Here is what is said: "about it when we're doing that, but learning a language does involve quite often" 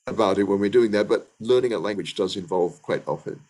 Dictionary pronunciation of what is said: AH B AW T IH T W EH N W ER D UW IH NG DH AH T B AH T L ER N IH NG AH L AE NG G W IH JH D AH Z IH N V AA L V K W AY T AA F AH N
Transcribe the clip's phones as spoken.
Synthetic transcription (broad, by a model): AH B AW T IH T W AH N W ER D UW IH NG DH AH T B AH T L ER N IH NG AH L AE NG G W IH JH D AH Z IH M V AA L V K W AY T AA F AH N